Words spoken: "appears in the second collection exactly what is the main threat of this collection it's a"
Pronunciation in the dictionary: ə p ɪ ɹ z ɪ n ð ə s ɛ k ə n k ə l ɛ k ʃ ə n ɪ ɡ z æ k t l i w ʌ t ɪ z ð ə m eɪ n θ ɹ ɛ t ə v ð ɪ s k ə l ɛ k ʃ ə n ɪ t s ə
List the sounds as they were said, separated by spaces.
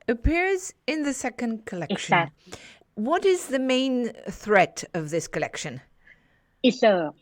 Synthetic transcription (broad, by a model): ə p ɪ ɹ z ɪ n ð ə s ɛ k ə n k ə l ɛ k ʃ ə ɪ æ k w ʌ t ɪ z ð ə m eɪ n θ ɹ ɛ t ə v ð ɪ s k ə l ɛ k ʃ ə n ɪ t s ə